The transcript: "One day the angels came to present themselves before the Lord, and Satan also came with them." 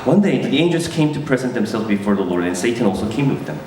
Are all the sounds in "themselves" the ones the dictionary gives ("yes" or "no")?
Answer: yes